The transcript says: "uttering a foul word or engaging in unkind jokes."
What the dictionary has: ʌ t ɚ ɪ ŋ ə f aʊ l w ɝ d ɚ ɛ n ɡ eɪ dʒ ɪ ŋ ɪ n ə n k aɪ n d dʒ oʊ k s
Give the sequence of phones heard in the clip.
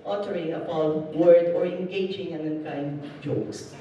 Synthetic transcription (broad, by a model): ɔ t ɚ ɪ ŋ ə p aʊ n w ɝ d ɚ ɛ n ɡ eɪ dʒ ɪ ŋ ɪ n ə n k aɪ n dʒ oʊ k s